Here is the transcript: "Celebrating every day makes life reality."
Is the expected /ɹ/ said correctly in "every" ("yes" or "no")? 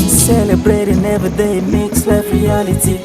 no